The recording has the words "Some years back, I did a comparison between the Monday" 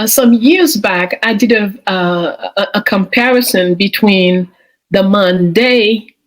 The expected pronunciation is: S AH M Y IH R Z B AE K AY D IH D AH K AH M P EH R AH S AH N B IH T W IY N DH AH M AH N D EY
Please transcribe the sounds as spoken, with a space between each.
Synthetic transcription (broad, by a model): S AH M Y IH R Z B AE K AY D IH D AH K AH M P EH R AH S AH N B IH T W IY N DH AH M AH N D EY